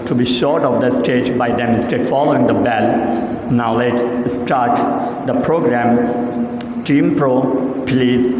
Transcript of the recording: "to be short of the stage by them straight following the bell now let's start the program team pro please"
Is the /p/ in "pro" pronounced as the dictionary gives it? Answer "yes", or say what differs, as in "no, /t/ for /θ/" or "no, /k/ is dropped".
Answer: yes